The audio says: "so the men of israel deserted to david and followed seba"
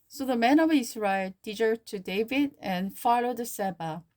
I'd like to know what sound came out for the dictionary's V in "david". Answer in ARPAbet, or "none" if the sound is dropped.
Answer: V